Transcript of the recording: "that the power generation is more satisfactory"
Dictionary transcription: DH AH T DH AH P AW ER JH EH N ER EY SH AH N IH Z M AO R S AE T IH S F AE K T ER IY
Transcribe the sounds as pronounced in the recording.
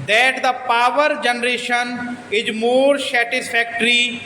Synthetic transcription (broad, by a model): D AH T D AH P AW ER JH EH N ER EY SH AH N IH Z M AO R S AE T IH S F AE K T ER IY